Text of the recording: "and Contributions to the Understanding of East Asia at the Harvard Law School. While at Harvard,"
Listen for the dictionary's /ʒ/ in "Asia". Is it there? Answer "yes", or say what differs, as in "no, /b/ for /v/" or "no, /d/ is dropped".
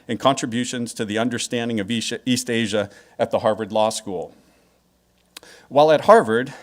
yes